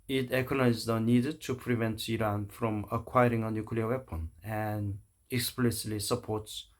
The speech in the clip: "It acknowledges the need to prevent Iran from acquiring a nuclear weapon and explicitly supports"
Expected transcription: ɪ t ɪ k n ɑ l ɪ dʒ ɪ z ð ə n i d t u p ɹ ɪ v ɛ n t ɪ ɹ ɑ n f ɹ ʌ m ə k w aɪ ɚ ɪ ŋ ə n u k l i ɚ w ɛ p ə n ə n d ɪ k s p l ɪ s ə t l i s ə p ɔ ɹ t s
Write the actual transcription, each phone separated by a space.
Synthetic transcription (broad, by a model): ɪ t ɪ k ɑ n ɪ ɪ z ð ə n i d t u p ɹ ɪ v ɛ n t ɪ ɹ ɑ n f ɹ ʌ m ə k w aɪ ɚ ɪ ŋ ə n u k l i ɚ w ɛ p ə n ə n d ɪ k s p l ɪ s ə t l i s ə p ɔ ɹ t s